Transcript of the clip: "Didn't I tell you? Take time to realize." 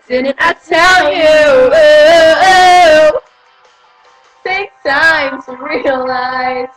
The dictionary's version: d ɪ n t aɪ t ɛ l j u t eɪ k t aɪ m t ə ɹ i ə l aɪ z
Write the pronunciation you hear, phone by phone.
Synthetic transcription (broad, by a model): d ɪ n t aɪ t ɛ l j u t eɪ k t aɪ m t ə ɹ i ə l aɪ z